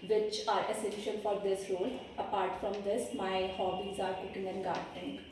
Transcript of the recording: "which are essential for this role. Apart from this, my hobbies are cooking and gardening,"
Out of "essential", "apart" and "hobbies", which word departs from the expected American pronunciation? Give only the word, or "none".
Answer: essential